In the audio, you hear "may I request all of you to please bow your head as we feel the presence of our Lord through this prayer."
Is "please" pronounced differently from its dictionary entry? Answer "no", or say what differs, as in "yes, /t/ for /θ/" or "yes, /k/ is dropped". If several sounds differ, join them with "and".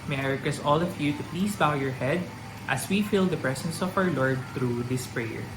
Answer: yes, /s/ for /z/